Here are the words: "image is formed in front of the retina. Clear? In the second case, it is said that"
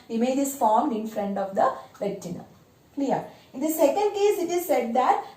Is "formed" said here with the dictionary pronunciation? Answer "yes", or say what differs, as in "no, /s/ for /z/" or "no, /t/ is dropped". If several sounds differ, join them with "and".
yes